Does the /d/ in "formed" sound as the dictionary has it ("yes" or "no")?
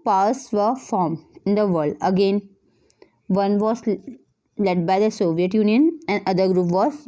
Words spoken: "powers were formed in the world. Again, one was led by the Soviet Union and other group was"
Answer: no